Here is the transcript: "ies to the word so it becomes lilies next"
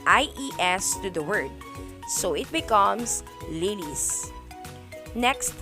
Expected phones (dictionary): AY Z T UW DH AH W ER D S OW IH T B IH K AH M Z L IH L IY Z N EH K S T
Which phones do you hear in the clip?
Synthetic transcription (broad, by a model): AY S T UW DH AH W ER D S OW IH T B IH K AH M S L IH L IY S N EH K S T